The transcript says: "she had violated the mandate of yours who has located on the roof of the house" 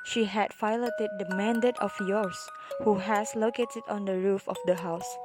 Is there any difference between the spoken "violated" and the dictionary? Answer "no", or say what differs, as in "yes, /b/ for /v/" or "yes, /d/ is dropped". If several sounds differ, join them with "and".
yes, /f/ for /v/